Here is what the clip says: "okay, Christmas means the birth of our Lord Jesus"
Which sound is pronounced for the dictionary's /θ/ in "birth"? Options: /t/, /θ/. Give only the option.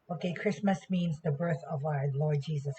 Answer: /θ/